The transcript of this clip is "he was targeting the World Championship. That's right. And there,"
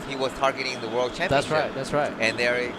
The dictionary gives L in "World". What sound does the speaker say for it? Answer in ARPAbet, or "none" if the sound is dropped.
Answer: L